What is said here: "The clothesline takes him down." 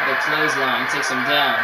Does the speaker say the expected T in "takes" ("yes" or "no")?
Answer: yes